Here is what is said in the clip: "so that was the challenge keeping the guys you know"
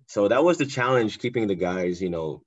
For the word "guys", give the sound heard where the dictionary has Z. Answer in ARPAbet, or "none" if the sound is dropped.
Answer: Z